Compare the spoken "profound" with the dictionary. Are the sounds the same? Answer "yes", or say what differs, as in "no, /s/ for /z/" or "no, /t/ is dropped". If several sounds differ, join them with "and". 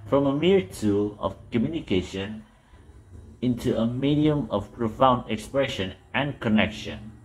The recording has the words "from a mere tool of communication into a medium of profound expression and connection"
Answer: yes